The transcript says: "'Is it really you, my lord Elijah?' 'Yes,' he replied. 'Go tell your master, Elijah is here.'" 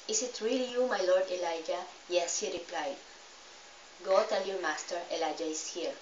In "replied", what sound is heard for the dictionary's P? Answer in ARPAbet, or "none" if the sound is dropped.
P